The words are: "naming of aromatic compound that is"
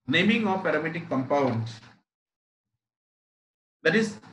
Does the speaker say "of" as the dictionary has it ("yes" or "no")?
no